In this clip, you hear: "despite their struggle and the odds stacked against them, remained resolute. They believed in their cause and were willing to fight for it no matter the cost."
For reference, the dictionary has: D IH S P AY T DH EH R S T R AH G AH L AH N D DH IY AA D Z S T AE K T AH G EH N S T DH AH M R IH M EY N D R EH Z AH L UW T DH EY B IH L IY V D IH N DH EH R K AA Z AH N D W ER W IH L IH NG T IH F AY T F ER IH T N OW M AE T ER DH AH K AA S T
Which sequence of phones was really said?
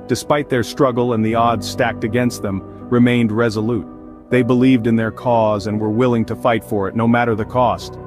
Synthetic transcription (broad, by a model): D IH S P AY T DH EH R S T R AH G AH L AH N DH IY AA D Z S T AE K T AH G EH N S T DH AH M R IH M EY N D R EH Z AH L UW T DH EY B IH L IY V D IH N DH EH R K AA Z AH N W ER W IH L IH NG T IH F AY T F ER IH T N OW M AE T ER DH AH K AA S T